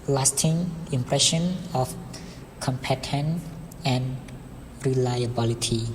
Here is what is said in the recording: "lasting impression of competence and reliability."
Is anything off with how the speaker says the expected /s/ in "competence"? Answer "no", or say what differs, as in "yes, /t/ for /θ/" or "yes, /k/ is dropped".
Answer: yes, /s/ is dropped